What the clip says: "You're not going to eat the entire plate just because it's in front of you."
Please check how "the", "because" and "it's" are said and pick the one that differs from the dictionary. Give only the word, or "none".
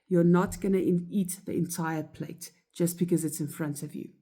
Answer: none